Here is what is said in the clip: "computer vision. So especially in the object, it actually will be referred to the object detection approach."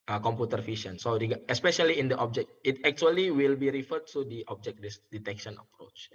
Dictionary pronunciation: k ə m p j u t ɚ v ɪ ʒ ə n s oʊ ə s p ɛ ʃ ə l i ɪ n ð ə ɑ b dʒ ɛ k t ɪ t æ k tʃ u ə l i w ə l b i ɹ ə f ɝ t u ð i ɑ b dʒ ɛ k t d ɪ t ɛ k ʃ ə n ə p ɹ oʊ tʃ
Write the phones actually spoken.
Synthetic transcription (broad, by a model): k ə m p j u t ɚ f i ʃ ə n s oʊ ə s p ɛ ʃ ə l i ɪ n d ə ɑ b dʒ ɛ k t ɪ t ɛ k tʃ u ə l i w ə l b i ɹ ə f ɝ t u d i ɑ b dʒ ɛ k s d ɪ t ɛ k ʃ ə n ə p ɹ oʊ tʃ